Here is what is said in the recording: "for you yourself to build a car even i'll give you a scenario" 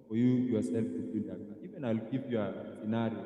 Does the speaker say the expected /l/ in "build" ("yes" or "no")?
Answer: no